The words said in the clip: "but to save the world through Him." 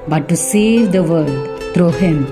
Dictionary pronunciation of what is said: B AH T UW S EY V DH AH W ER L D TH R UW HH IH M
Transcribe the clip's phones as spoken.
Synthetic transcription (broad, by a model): B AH T UW S EY V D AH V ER D T R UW HH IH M